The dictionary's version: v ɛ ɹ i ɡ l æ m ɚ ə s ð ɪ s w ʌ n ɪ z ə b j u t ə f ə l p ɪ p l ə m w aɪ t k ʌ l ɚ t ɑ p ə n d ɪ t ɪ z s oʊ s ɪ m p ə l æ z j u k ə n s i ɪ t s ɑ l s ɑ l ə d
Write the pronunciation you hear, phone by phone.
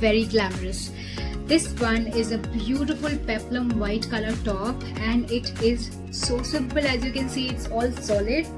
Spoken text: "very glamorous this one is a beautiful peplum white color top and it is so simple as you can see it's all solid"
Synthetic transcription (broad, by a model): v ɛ ɹ i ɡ l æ m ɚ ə s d ɪ s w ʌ n ɪ z ə b j u t ə f ə l p ɪ p l ə m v aɪ t k ʌ l ɚ t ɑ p ə n d ɪ t ɪ z s oʊ s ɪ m b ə l æ z j u k ə n s i ɪ t s ɑ l s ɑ l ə d